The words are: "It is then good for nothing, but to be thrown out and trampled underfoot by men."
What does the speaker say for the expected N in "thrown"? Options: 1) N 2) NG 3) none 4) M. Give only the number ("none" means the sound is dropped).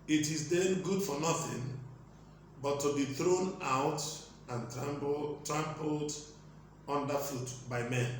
1